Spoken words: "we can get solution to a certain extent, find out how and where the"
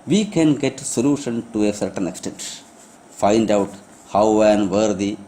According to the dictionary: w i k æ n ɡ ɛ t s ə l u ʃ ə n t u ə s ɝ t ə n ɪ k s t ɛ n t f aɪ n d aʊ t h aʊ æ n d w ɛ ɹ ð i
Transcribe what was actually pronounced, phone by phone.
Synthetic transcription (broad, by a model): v i k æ n ɡ ɛ t s ə l u ʃ ə n t u ə s ɝ t ə n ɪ k s t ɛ n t f aɪ n d aʊ t h aʊ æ n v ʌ ɹ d i